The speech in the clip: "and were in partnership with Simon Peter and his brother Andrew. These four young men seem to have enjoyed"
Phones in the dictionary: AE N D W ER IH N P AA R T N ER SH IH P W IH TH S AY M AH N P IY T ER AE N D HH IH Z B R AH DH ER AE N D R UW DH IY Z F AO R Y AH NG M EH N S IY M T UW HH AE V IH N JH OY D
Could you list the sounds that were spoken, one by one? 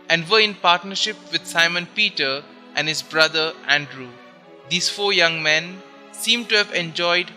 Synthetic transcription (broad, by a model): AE N D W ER IH N P AA R T N ER SH IH P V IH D S AY M AH N P IY T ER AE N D HH IH Z B R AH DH ER AE N D R UW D IY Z F AO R Y AH NG M EH N S IY M T UW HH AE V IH N JH OY D